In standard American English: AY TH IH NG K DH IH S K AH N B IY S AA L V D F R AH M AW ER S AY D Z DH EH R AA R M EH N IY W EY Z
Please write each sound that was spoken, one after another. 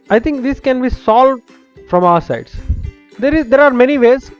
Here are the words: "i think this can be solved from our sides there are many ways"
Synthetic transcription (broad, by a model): AY T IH NG K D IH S K AH N B IY S AA L V D F R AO M AW ER S AY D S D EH R AA R M EH N IY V EY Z